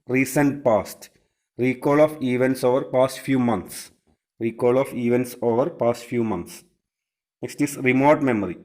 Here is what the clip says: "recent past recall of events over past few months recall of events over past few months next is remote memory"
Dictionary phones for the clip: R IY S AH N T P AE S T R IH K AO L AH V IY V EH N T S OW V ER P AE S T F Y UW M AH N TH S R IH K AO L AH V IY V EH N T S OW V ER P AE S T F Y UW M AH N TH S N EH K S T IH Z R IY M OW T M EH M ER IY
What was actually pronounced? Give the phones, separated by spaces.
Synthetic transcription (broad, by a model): R IY S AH N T P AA S T R IH K AO L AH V IY V EH N T S OW V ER P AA S T F Y UW M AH N T S R IH K AO L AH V IY V EH N T S OW V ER P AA S T F Y UW M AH N S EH S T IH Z R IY M OW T M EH M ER IY